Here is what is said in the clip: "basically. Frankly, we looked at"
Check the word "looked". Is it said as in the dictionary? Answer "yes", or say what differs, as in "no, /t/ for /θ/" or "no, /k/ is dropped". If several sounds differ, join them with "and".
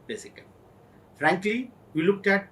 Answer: yes